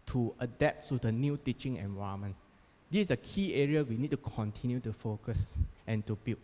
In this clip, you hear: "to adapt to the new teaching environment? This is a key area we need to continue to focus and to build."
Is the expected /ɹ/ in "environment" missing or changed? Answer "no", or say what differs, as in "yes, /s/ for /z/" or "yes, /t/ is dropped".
yes, /ɹ/ is dropped